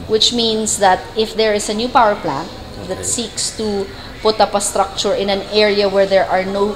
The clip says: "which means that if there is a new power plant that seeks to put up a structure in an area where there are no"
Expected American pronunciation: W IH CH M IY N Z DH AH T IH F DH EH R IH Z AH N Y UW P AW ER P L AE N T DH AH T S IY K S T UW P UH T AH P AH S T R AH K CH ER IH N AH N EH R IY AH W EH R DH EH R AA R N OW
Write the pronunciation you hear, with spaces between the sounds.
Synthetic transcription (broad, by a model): W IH CH M IY N S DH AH T IH F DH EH R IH S AH N Y UW P AW ER P L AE N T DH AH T S IY K S T UW P UH T AH P AH S T R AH K CH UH IH N AH N EH R IY AH W EH R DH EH R AA R N OW